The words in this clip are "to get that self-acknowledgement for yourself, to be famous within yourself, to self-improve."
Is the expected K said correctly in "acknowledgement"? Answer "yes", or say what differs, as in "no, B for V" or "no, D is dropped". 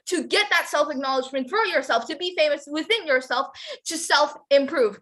yes